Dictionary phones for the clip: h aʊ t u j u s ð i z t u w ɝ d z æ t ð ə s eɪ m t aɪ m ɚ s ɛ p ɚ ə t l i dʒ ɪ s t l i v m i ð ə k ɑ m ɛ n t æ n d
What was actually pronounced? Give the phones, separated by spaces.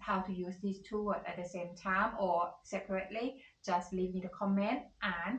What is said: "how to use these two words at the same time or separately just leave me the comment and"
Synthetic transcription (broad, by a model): h aʊ t u j u s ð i s t u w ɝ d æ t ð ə s eɪ m t aɪ m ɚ s ɛ p ɚ ə t l i dʒ ɪ s t l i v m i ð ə k ɑ m ɛ n t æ n